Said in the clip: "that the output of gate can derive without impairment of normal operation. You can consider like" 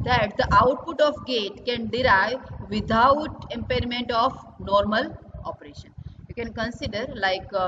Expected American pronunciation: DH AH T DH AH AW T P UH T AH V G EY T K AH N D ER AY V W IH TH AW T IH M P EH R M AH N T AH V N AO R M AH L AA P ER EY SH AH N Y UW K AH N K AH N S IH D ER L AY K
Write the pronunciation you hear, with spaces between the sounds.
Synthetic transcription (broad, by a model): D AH T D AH AW T P UH T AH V G EY T K AH N D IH AY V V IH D AW T IH M P EH R M AH N T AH F N AO R M AH L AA P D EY SH AH N Y UW K AH N K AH N S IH D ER L AY K